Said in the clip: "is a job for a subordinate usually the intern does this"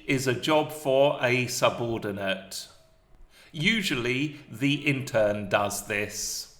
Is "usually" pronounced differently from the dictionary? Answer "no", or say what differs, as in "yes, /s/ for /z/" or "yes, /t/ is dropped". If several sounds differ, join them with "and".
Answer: no